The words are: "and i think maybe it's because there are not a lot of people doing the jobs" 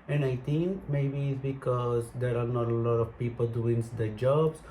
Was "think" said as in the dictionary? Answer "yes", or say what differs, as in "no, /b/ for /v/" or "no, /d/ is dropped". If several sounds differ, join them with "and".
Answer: no, /t/ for /θ/